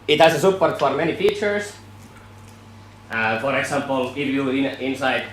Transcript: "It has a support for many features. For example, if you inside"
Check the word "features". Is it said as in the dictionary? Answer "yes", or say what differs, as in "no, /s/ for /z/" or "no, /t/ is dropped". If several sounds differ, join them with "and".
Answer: no, /s/ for /z/